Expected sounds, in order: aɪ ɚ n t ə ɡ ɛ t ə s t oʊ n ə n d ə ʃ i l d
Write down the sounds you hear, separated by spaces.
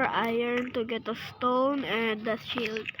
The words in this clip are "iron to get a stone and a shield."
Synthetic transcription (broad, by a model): aɪ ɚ n t ə ɡ ɛ t ə s t oʊ n ə n d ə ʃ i l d